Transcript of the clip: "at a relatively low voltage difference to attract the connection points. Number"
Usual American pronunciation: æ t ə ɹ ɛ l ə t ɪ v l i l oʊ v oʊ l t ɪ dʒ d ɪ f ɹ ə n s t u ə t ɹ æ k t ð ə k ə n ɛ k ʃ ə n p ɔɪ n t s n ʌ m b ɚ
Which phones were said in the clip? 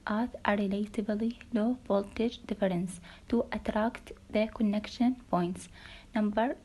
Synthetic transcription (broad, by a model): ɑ t ə ɹ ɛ l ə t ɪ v l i l oʊ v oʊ l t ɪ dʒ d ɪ f ɹ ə n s t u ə t ɹ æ k t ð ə k ə n ɛ k ʃ ə n p ɔɪ n t s n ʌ m b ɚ